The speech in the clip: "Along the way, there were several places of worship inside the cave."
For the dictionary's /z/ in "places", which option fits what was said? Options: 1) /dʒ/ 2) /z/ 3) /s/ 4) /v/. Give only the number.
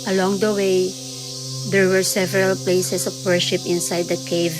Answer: 3